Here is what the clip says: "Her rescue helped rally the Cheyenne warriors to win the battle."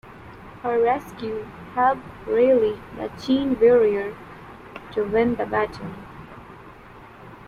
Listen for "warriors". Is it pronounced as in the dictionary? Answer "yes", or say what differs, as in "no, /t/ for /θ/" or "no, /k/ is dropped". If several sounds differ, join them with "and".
no, /z/ is dropped